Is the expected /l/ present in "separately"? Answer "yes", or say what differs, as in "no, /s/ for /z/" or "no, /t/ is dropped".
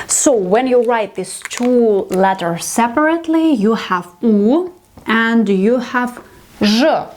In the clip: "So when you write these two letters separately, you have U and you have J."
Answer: yes